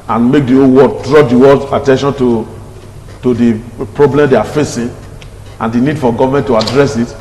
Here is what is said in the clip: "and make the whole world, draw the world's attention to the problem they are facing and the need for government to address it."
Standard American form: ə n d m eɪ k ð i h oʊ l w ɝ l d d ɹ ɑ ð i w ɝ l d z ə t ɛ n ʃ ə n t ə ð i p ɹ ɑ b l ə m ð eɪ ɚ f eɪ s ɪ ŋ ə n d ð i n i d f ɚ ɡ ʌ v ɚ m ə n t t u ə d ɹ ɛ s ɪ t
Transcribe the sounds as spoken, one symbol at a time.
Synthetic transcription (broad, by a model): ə n m eɪ k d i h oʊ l w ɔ d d ɹ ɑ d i w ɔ d ə t ɛ n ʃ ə n t ə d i p ɹ ɑ b l ə m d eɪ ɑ f eɪ s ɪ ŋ ə n d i n i d f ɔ ɡ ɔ v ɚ m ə n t t u ə d ɹ ɛ s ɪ t